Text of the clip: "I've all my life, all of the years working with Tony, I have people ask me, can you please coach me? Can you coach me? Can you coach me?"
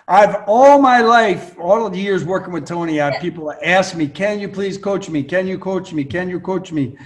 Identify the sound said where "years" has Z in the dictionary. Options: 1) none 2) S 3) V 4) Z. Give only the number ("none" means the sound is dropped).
4